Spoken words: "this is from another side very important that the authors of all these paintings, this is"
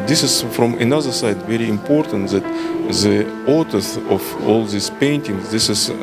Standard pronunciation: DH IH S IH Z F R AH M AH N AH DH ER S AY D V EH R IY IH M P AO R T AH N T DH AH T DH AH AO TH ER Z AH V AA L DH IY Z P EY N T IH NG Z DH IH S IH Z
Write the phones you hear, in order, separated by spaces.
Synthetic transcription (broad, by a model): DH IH S IH Z F R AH M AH N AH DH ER S AY D V EH R IY IH M P AO R T AH N T DH AH T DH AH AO T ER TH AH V AA L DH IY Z P EY N T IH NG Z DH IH S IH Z